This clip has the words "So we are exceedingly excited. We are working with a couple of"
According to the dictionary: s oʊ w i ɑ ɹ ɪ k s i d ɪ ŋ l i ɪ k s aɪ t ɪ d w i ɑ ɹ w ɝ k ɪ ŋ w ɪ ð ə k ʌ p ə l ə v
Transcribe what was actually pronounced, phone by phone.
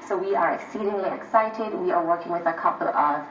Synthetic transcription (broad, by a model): s oʊ w i ɑ ɹ ɪ k s i d ɪ ŋ l i ɪ k s aɪ t ɪ d w i ɑ ɹ w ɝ k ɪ ŋ w ɪ ð ə k ʌ p ə l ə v